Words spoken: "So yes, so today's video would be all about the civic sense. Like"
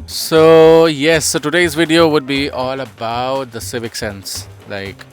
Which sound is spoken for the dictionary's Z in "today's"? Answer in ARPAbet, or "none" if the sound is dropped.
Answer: Z